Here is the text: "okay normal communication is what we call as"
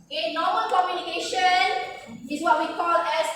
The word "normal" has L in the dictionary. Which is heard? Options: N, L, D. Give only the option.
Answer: N